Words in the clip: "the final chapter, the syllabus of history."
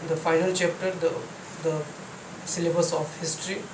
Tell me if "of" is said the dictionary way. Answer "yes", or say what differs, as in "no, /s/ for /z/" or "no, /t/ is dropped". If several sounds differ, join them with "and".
no, /p/ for /v/